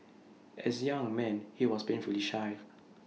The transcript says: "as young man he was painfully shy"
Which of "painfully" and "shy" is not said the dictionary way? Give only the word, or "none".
painfully